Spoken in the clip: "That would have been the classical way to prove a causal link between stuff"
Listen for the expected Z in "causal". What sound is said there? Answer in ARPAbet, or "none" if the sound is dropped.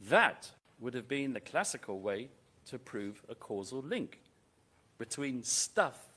Z